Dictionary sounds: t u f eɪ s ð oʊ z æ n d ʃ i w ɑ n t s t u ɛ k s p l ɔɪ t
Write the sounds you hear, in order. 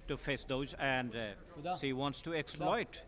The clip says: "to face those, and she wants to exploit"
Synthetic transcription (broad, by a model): t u f eɪ s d oʊ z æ n d s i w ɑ n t s t u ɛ k s p l ɔɪ t